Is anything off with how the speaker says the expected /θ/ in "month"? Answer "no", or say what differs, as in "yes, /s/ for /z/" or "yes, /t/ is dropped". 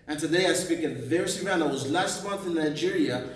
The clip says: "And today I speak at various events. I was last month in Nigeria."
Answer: no